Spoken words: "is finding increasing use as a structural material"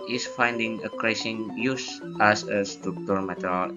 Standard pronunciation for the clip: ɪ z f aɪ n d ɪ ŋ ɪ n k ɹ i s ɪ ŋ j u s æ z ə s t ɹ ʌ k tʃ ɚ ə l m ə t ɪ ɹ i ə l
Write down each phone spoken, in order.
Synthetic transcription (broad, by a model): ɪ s f aɪ n d ɪ ŋ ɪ k ɹ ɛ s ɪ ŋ j u s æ s ə s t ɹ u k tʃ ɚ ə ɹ m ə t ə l